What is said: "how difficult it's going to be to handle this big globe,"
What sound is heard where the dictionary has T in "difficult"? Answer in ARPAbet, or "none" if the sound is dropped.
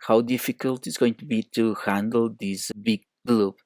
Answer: T